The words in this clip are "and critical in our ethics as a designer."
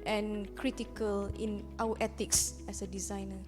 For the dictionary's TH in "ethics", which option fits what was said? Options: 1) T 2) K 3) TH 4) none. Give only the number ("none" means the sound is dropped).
1